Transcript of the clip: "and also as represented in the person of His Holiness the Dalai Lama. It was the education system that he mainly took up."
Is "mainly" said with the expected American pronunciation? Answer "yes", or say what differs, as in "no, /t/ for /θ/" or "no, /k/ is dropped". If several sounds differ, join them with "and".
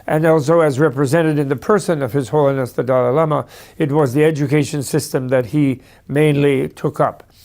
yes